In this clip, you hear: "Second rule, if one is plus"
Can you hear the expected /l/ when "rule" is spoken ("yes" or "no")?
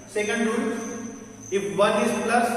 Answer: no